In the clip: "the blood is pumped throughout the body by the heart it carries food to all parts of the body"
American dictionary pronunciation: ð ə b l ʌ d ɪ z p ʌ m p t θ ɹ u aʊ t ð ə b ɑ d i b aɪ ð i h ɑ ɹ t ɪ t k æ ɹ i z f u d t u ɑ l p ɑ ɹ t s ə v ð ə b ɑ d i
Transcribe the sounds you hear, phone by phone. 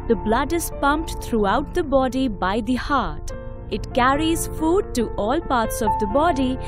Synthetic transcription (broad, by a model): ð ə b l ʌ d ɪ z p ʌ m p t t ɹ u aʊ t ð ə b ɑ d i b aɪ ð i h ɑ ɹ t ɪ t k æ ɹ i z f u d t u ɑ l p ɑ ɹ t s ə v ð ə b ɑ d i